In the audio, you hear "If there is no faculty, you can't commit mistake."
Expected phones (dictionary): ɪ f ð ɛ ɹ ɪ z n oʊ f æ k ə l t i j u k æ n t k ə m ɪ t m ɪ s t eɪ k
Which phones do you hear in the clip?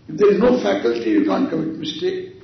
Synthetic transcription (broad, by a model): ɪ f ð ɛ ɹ ɪ z n oʊ f æ k ə l t i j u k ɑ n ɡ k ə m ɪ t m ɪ s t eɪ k